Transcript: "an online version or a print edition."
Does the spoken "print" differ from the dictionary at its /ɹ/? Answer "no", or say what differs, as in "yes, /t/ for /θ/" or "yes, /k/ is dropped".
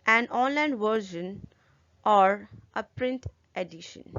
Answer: no